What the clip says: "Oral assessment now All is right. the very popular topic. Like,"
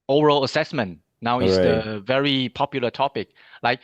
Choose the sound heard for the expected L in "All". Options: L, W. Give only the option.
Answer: W